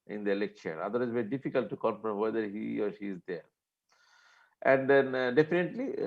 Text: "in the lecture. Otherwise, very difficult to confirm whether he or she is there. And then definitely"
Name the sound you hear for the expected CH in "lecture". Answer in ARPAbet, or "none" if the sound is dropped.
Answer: SH